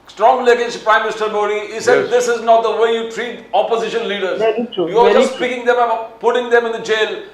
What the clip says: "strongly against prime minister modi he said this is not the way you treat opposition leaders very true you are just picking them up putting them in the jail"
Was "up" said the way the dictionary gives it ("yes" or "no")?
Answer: no